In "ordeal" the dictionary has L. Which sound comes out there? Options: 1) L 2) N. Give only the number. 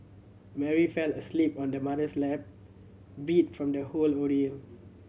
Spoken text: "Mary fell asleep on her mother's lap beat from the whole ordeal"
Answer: 2